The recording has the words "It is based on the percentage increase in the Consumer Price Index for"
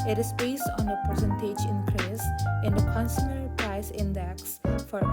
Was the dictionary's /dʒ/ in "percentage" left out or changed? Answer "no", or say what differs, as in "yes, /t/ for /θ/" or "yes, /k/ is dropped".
no